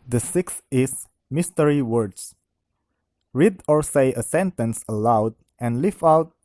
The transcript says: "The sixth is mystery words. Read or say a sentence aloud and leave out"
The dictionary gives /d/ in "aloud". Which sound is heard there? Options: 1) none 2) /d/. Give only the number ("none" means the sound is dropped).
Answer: 2